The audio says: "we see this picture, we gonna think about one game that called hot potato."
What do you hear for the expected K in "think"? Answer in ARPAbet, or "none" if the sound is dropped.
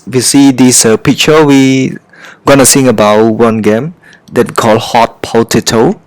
none